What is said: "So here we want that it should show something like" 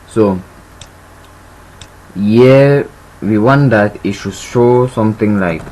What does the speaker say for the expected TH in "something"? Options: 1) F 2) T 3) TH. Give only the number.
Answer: 2